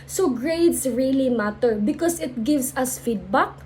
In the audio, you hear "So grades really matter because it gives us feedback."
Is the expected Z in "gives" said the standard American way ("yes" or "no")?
no